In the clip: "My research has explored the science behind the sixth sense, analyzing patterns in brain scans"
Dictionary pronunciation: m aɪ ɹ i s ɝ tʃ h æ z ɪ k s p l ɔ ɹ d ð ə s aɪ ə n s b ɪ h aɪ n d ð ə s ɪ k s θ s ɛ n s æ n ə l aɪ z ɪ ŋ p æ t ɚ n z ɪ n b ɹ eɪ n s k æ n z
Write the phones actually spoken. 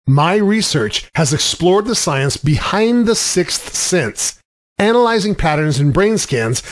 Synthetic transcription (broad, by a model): m aɪ ɹ i s ɝ tʃ h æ z ɪ k s p l ɔ ɹ d ð ə s aɪ ə n s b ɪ h aɪ n ð ə s ɪ k s θ s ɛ n s æ n ə l aɪ z ɪ ŋ p æ t ɚ n z ɪ n b ɹ eɪ n s k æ n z